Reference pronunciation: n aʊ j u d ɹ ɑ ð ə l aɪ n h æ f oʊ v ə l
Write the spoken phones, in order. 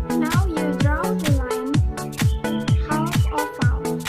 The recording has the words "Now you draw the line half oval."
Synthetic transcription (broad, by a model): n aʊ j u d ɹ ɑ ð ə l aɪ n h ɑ oʊ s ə